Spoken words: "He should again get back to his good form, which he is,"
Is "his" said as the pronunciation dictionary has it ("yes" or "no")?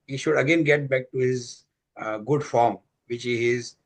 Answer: yes